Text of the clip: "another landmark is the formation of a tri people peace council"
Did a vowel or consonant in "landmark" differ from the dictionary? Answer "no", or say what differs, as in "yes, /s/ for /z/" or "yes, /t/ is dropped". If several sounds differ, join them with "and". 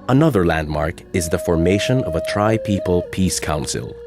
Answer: no